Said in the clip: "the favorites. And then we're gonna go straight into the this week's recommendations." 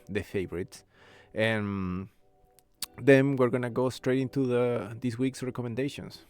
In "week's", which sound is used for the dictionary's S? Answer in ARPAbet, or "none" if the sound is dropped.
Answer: S